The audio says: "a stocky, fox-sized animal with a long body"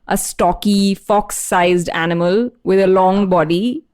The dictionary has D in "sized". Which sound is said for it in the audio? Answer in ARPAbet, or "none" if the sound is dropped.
D